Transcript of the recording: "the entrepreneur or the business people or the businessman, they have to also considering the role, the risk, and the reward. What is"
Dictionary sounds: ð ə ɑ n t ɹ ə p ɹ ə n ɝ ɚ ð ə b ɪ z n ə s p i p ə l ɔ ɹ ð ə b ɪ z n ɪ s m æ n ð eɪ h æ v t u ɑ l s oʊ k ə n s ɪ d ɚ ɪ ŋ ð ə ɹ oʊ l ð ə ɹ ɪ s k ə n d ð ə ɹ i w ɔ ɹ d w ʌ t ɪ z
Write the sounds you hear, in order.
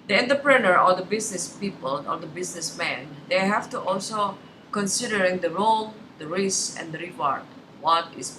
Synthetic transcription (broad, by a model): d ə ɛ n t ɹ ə p ɹ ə n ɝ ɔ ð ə b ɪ s n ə s p i p ə l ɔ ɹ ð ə b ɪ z n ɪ s m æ n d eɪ h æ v t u ɑ l s oʊ k ə n s ɪ d ɚ ɪ ŋ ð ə ɹ oʊ l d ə ɹ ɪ s ə n d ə ɹ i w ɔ ɹ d w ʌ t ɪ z